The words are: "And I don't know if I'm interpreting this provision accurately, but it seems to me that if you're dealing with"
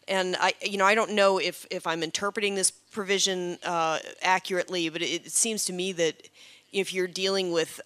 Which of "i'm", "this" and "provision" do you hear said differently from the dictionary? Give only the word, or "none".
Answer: none